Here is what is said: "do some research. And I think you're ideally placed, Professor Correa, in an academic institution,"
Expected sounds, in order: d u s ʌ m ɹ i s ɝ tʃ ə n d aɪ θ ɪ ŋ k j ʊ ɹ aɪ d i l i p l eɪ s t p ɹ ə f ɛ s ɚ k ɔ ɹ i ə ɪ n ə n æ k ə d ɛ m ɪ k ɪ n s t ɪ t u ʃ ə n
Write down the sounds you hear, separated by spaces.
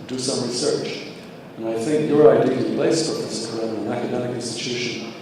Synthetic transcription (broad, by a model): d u s ʌ m ɹ i s ɝ tʃ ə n aɪ θ ɪ ŋ k j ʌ ɹ aɪ d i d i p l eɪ s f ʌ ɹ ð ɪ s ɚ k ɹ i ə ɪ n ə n æ k ə d ɛ m ɪ k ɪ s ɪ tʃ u ʃ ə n